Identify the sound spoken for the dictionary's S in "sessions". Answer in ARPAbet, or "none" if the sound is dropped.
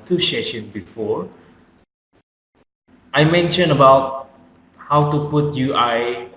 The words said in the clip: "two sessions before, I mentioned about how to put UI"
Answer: SH